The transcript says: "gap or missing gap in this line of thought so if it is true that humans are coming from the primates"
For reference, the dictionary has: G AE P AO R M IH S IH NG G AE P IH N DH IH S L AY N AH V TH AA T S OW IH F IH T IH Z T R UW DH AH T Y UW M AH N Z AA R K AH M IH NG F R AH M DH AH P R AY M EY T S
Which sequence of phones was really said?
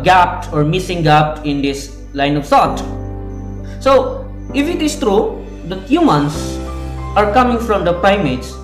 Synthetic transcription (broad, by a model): G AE P AO R M IH S IH NG G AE P IH N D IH S L AY N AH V S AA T S OW IH F IH T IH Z T R UW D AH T Y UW M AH N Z AA R K AH M IH NG F R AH M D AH P R AY M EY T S